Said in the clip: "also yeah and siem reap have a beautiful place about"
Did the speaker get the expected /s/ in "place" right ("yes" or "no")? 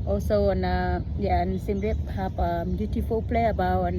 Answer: no